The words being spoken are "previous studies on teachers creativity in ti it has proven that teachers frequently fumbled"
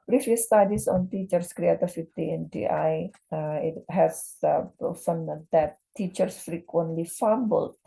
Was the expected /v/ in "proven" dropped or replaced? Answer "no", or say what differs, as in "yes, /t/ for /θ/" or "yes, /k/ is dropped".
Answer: yes, /f/ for /v/